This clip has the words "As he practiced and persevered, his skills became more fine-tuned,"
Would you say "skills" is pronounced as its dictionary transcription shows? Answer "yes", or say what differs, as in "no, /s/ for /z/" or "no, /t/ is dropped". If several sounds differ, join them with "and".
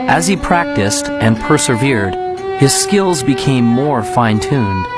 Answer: yes